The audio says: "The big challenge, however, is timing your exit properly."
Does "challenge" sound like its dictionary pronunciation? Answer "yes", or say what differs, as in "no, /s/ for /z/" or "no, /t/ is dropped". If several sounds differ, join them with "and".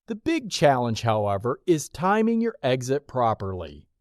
no, /ʒ/ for /dʒ/